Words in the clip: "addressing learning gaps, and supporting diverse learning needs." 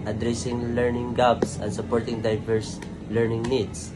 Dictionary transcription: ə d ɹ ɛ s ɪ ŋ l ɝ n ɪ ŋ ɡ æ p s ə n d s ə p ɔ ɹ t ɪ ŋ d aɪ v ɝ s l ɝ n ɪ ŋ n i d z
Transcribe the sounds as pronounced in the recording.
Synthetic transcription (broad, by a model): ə d ɹ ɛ s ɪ ŋ l ɝ n ɪ ŋ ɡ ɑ b s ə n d s ə p ɔ ɹ t ɪ ŋ d aɪ v ɝ s l ɝ n ɪ ŋ n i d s